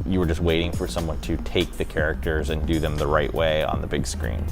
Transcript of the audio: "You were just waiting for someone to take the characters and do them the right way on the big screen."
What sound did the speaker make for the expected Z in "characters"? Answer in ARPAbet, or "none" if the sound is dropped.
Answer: Z